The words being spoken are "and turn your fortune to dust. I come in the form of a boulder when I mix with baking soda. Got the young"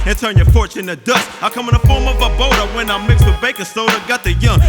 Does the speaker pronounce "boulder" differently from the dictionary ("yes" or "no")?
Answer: yes